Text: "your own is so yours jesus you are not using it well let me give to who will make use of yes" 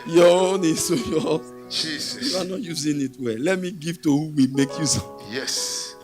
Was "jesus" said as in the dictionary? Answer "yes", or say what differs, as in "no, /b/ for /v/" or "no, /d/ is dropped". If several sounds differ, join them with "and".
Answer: no, /s/ is dropped